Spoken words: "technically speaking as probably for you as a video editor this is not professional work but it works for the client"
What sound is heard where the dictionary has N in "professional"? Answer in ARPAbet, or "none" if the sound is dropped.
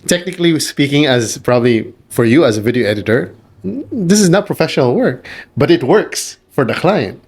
N